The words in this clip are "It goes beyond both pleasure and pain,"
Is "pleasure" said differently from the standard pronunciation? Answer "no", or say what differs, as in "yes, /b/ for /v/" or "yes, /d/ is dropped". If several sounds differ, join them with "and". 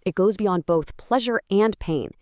no